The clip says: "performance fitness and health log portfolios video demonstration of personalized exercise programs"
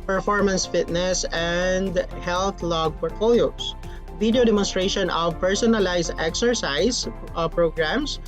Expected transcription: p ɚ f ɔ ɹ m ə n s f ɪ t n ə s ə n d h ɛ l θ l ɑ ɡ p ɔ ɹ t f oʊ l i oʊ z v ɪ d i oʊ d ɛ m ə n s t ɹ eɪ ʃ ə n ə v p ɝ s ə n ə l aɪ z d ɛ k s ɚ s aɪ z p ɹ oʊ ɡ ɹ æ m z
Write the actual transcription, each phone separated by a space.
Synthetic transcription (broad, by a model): p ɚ f ɔ ɹ m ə n s f ɪ t n ə s ə n d h ɛ l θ l ɑ ɡ p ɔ ɹ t f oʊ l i oʊ s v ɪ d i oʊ d ɛ m ə n s t ɹ eɪ ʃ ə n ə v p ɝ s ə n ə l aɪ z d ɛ k s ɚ s aɪ s p ɹ oʊ ɡ ɹ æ m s